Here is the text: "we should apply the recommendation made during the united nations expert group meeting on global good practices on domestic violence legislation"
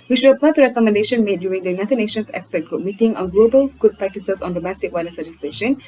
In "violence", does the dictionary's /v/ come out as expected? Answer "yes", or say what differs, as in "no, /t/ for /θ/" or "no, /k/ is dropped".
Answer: no, /w/ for /v/